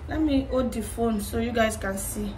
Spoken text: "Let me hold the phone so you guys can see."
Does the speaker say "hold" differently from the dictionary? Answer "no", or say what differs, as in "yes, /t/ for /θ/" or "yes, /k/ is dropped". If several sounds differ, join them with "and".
yes, /l/ is dropped